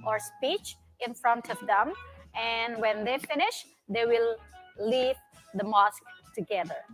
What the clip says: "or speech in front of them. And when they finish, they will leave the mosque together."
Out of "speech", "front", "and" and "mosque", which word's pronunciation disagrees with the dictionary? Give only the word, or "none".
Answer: none